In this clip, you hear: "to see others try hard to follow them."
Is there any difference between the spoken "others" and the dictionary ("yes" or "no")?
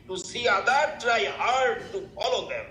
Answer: yes